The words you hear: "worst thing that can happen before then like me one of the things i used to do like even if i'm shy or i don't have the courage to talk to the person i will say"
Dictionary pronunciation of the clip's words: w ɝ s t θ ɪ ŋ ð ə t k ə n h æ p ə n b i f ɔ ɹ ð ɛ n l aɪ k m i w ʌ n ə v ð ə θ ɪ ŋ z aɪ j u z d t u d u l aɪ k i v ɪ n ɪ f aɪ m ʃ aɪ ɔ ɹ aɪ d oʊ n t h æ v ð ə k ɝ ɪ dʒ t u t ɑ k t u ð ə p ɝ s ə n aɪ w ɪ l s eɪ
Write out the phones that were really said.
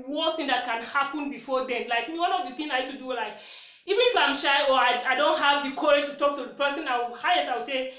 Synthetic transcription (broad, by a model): w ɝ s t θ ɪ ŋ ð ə t k ə n h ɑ p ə n b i f ɔ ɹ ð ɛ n l aɪ k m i w ʌ n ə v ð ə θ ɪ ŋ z aɪ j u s t u d u l aɪ k i v ɪ n ɪ f aɪ m ʃ aɪ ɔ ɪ aɪ d oʊ n t h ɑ v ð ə k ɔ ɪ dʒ t u t ɑ k t u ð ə p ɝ s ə n aɪ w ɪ w s eɪ